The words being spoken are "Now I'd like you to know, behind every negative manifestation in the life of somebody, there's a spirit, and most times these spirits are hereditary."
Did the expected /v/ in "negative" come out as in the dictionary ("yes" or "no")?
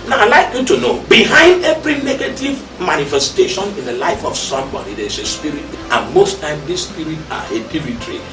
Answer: yes